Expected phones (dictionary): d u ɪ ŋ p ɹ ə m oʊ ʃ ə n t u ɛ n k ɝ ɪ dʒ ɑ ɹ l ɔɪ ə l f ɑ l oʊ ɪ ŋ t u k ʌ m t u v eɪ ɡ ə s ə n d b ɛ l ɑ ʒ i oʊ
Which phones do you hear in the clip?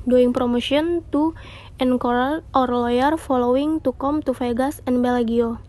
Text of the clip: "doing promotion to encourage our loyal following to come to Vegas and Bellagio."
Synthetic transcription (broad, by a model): d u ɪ ŋ p ɹ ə m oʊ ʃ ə n t u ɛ n k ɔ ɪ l ɑ ɹ l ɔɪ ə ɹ f ɑ l oʊ ɪ ŋ t u k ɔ m t u f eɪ ɡ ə s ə n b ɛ l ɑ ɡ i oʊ